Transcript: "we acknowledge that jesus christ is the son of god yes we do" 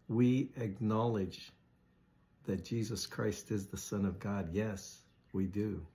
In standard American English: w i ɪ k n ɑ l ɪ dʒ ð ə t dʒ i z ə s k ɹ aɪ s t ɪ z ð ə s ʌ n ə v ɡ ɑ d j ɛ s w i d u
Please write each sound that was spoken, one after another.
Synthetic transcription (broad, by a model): w i ɪ k n ɑ l ɪ dʒ ð ə t dʒ i z ə s k ɹ aɪ s t ɪ z ð ə s ʌ n ə v ɡ ɑ d j ɛ s w i d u